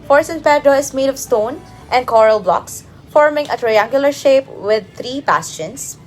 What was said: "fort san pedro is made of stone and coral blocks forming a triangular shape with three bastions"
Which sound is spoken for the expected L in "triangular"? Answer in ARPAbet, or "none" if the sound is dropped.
L